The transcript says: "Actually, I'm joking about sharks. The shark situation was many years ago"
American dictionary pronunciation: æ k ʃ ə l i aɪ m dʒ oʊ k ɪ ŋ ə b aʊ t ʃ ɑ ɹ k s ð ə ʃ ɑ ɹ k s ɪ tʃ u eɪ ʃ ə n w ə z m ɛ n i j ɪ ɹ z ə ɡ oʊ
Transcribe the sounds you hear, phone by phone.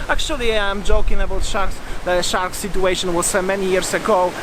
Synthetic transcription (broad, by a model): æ k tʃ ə l i aɪ m dʒ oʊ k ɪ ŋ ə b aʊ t ʃ ɑ ɹ k s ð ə ʃ ɑ ɹ k s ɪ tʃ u eɪ ʃ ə n w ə s m ɛ n i j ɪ ɹ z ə ɡ oʊ